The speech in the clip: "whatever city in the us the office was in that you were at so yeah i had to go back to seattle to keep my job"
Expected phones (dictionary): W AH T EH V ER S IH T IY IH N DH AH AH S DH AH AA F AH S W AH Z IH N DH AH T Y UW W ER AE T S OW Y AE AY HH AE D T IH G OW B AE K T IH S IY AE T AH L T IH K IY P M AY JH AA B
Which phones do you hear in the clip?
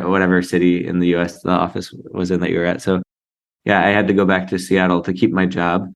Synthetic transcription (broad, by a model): W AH T EH V ER S IH T IY IH N DH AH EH S DH AH AA F AH S W AH Z IH N DH AH T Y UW W ER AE T S OW Y AE AY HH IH D T IH G OW B AE K T IH S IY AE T L T IH K IY P M AY JH AA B